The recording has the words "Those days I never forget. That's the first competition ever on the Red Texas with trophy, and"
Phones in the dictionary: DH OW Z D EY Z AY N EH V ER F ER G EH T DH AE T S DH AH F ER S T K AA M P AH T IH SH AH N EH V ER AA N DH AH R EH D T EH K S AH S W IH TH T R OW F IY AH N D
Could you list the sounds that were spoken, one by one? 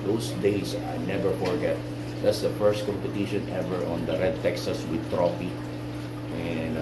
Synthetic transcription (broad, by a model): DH OW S D EY S AY N EH V ER F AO G EH T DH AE T S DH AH F ER S T K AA M P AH T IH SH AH N EH V ER AA N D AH R EH D T EH K S AH S W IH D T R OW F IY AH N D